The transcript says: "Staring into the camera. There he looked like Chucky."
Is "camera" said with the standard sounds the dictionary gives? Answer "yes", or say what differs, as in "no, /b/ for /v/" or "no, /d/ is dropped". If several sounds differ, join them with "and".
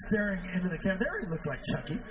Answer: no, /m/ is dropped